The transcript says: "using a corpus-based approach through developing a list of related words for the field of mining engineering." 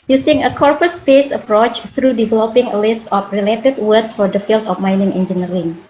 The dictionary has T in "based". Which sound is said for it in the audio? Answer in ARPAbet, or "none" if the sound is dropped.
none